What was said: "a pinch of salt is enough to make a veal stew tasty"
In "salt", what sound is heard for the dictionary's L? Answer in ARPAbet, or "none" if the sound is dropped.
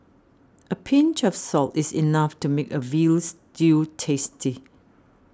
L